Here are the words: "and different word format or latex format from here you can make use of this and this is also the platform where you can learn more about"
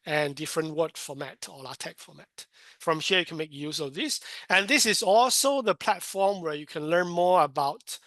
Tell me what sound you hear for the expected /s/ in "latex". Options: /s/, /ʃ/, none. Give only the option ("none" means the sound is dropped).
none